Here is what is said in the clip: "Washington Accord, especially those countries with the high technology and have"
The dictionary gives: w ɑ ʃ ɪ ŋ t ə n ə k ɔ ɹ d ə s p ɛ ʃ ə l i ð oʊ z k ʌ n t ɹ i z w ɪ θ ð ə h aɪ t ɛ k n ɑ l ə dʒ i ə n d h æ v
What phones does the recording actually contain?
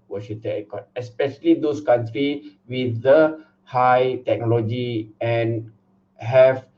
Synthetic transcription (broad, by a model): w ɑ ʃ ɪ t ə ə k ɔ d ə s p ɛ ʃ ə l i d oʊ s k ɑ n t ɹ i w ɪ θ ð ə h aɪ t ɛ k n ɑ l ə dʒ i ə n h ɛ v